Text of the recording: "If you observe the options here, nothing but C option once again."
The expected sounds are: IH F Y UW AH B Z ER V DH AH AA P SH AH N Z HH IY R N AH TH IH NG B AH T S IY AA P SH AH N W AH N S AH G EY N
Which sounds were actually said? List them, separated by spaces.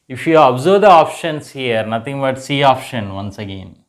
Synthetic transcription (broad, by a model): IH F Y UW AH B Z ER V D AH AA P SH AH N S HH IY R N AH T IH NG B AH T S IY AA P SH AH N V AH N S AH G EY N